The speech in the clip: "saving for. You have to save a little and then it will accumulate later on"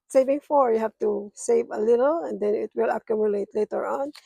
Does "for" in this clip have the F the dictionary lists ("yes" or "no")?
yes